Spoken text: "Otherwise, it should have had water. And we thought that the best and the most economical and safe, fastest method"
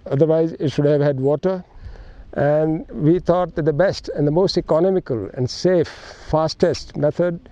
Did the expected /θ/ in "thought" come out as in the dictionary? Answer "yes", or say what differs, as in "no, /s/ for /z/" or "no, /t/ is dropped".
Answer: no, /t/ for /θ/